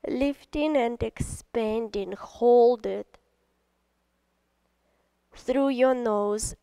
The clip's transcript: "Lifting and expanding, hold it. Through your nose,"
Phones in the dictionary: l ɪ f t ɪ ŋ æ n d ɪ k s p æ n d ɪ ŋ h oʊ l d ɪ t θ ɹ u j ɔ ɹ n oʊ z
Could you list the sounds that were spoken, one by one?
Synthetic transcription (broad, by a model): l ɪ f t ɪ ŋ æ n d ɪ k s p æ n d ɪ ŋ h oʊ l d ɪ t θ ɹ u j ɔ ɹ n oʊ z